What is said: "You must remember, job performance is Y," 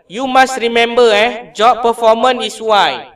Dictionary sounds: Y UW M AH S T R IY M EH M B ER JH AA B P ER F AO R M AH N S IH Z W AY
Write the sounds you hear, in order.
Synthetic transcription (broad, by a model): Y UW M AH S T R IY M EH M B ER JH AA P P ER F AO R M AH N IH S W AY